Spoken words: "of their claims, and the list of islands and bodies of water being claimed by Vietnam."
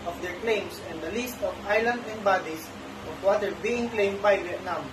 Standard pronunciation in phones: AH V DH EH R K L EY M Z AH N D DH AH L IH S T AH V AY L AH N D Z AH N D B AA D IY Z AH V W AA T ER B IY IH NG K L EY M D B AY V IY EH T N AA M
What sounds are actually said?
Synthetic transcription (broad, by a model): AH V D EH R K L EY M S AH N D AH L IH S T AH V AY L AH N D AH N D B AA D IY S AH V W AA T ER B IY IH NG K L EY M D B AY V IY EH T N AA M